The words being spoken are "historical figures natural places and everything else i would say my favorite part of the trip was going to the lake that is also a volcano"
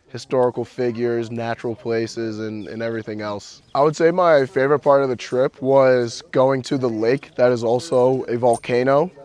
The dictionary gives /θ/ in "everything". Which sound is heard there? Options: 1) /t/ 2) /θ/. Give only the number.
2